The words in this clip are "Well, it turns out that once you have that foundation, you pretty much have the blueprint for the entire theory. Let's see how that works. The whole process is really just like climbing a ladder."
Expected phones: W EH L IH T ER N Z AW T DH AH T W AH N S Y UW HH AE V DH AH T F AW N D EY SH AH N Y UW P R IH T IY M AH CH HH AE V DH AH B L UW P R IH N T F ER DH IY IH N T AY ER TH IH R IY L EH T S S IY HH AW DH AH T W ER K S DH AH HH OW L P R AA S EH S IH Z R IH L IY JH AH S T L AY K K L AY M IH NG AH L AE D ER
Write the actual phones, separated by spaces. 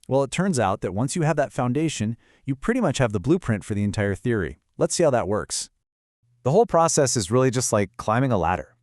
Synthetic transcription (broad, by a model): W EH L IH T ER N Z AW T DH AH T W AH N S Y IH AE V DH AH T F AW N D EY SH AH N Y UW P R IH T IY M AH CH HH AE V DH AH B L UW P R IH N T F ER DH IY IH N T AY ER TH IH R IY L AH T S S IY HH AW DH AH T W ER K S DH AH HH OW L P R AA S EH S IH Z R IH L IY JH AH S T L AY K K L AY M IH NG AH L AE D ER